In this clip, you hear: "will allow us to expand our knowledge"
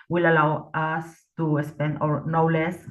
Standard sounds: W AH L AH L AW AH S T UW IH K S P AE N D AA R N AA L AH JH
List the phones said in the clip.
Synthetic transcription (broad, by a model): W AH L AH L AW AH S T UW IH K S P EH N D AA R N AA L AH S